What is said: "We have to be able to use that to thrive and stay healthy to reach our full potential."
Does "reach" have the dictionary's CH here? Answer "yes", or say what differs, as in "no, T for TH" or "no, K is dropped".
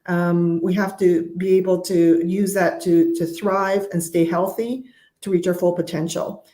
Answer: yes